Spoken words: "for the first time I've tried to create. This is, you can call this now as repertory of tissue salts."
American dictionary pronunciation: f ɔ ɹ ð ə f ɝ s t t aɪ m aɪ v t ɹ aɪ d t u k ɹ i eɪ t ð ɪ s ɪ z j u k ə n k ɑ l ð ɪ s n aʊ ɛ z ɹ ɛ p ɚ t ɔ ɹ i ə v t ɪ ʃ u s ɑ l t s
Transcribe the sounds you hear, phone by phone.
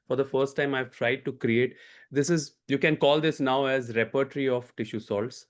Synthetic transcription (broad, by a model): f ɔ ɹ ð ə f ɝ s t t aɪ m aɪ v t ɹ aɪ d t u k ɹ i eɪ t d ɪ s ɪ z j u k ə n k ɑ l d ɪ s n aʊ ɛ z ɹ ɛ p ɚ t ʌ ɹ i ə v t ɪ ʃ u s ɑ l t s